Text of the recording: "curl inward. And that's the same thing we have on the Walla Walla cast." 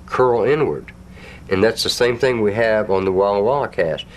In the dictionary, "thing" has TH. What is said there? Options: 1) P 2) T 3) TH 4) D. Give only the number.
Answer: 3